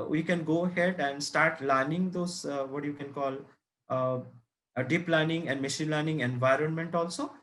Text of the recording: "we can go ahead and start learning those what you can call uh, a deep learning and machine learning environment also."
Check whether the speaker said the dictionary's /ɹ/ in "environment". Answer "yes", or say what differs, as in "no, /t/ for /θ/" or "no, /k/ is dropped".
yes